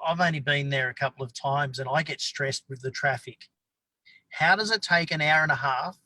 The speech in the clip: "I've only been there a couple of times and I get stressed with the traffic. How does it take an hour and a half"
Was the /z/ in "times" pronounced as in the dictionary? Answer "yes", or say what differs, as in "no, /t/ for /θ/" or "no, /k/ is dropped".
yes